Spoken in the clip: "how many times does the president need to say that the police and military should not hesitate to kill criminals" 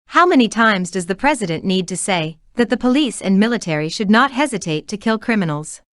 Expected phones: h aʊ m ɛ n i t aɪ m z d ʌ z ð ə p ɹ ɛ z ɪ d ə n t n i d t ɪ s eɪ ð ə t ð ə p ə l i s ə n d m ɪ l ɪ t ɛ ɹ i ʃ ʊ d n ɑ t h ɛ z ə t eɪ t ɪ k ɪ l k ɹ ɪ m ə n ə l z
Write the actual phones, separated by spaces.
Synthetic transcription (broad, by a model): h aʊ m ɛ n i t aɪ m z d ʌ z ð ə p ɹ ɛ z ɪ d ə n n i d t ɪ s eɪ ð ə t ð ə p ə l i s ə n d m ɪ l ɪ t ɛ ɹ i ʃ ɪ d n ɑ t h ɛ z ə t eɪ t ɪ k ɪ l k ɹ ɪ m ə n l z